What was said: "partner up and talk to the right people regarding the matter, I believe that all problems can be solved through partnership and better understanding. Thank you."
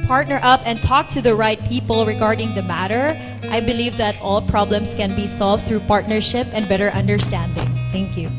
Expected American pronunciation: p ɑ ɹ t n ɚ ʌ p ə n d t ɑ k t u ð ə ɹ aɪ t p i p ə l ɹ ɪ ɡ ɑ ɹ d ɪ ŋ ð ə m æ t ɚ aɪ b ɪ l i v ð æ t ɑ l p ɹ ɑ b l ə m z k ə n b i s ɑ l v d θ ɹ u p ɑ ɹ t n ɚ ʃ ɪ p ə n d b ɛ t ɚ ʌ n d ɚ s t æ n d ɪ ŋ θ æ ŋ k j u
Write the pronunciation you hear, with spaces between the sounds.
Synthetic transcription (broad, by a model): p ɑ ɹ t n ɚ ʌ p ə n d t ɑ k t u ð ə ɹ aɪ t p i p ə l ɹ ɪ ɡ ɑ ɹ d ɪ ŋ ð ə m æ t ɚ aɪ b ɪ l i v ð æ t ɑ l p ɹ ɑ b l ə m s k ə n b i s ɑ l v d θ ɹ u p ɑ ɹ t n ɚ ʃ ɪ p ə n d b ɛ t ɚ ʌ n d ɚ s t æ n d ɪ ŋ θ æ ŋ k j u